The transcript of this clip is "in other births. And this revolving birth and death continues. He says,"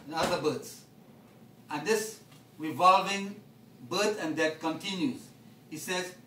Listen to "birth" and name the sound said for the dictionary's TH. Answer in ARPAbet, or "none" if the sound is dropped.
S